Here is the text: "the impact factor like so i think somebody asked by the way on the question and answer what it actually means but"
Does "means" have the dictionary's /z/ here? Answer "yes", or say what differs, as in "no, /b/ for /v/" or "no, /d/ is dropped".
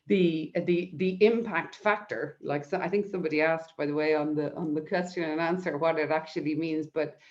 yes